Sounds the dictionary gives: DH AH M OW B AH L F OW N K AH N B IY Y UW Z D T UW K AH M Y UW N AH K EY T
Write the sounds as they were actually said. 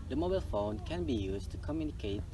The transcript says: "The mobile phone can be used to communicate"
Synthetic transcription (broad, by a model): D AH M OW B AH L F OW N K AH N B IY Y UW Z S T UW K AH M Y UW N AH K EY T